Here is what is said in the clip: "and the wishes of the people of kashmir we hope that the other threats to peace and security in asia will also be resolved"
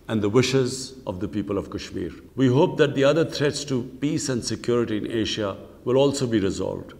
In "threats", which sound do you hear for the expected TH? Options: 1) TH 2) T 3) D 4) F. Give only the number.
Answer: 2